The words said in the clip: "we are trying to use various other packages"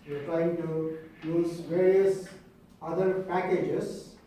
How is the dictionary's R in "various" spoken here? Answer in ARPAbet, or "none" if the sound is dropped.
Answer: R